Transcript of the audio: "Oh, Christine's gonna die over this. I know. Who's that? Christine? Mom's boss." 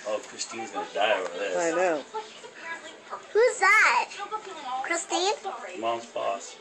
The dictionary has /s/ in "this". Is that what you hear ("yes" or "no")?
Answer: no